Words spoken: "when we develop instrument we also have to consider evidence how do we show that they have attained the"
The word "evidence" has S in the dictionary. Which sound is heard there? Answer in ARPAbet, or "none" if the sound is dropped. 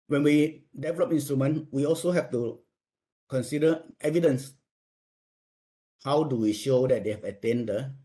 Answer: S